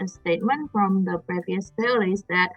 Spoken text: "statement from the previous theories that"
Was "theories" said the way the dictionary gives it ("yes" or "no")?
no